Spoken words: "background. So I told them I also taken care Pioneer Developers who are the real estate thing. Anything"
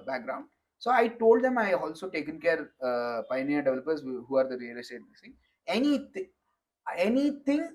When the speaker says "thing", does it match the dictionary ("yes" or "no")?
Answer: no